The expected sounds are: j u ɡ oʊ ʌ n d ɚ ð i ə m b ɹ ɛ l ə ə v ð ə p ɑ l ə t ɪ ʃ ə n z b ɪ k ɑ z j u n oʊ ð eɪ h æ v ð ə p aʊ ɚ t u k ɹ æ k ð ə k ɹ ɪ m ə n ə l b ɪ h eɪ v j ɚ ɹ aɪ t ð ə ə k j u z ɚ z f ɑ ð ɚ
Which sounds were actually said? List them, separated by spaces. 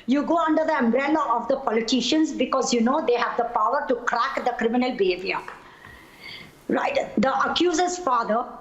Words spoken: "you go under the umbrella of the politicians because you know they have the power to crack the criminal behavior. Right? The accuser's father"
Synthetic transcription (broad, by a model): j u ɡ oʊ ʌ n d ɚ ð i ə m b ɹ ɛ l ə ə v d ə p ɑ l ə t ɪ ʃ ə n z b ɪ k ɑ z j u n oʊ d eɪ h æ v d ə p aʊ ɚ t u k ɹ æ k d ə k ɹ ɪ m ə n ə l b ɪ h eɪ v j ɚ ɹ aɪ t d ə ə k j u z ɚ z f ɑ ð ɚ